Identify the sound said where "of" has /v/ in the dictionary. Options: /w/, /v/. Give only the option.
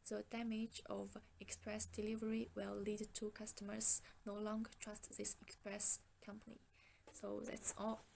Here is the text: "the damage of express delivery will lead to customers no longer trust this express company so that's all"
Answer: /v/